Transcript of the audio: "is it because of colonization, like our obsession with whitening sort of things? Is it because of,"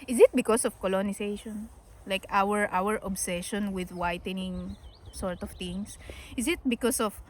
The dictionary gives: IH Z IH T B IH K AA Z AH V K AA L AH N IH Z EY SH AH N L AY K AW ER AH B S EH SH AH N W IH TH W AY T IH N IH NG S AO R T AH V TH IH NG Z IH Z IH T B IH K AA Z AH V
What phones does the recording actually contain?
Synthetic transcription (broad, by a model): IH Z IH T B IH K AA S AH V K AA L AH N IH S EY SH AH N L AY K AW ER AH B S EH SH AH N W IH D W AY T IH N IH NG S AO R T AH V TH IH NG S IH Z IH T B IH K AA S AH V